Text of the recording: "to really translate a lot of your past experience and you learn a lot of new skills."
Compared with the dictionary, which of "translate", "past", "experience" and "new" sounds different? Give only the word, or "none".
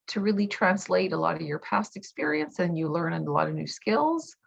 none